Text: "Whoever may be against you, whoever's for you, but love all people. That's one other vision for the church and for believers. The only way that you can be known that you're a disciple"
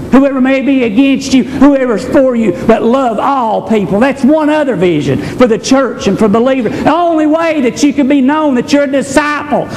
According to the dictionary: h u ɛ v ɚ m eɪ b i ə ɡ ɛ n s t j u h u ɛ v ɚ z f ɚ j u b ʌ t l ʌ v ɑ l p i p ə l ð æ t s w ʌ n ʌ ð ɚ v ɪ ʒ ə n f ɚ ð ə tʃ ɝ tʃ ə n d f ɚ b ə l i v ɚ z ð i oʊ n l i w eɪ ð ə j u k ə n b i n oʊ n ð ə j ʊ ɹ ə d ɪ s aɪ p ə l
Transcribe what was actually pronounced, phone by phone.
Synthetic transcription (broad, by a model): h u ɛ v ɚ m eɪ b i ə ɡ ɛ n s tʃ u h u ɛ v ɚ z f ɚ j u b ʌ t l ʌ v ɑ l p i p l ð æ t s w ʌ n ʌ ð ɚ v ɪ ʒ ə n f ɚ ð ə tʃ ɝ tʃ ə n f ɚ b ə l i v ɚ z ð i oʊ n l i w eɪ ð ə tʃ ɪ k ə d b i n oʊ n ð ə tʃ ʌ ɹ ə d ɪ s aɪ p l